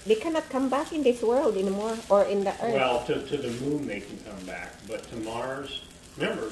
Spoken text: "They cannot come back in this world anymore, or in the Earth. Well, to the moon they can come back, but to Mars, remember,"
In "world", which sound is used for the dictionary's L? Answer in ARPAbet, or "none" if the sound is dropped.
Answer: L